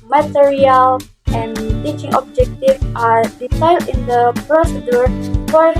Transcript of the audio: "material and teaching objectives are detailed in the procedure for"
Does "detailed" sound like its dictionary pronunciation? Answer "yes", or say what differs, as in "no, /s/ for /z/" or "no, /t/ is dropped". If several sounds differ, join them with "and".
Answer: no, /s/ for /t/